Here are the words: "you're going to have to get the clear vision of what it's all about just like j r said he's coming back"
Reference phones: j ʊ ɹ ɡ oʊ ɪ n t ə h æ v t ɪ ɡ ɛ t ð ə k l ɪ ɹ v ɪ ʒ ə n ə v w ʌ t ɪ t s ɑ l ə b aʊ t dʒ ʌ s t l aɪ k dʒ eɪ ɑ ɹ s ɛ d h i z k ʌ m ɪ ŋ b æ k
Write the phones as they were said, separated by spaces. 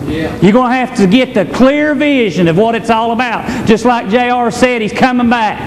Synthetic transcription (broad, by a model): j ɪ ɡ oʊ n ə h æ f t ɪ ɡ ɛ t ð ə k l ɪ ɹ v ɪ ʒ ə n ə v w ʌ t ɪ t s ɑ l ə b aʊ t dʒ ʌ s t l aɪ k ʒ eɪ ɑ ɹ s ɛ d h i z k ʌ m ɪ ŋ b æ k